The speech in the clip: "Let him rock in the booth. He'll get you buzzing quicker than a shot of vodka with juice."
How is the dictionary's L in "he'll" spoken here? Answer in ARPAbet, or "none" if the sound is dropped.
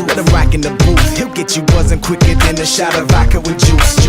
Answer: L